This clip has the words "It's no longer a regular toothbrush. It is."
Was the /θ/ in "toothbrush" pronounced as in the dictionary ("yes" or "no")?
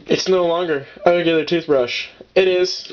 yes